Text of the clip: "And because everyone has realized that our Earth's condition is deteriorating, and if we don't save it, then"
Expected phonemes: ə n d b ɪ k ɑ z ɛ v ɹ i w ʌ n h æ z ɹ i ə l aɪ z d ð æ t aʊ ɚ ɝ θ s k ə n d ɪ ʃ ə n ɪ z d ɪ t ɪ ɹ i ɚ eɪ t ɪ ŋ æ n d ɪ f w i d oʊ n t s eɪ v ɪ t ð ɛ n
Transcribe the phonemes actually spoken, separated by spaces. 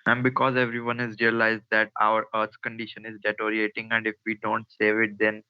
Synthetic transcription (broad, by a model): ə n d b ɪ k ɑ z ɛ v ɹ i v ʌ n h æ z ɹ i ə l aɪ z d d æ t aʊ ɚ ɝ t k ə n d ɪ ʃ ə n ɪ z d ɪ t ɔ ɹ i eɪ t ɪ ŋ æ n d ɪ f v i d oʊ n t s eɪ v ɪ t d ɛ n